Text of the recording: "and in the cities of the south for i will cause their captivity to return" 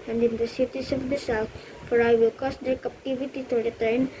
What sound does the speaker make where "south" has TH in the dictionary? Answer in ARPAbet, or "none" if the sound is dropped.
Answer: T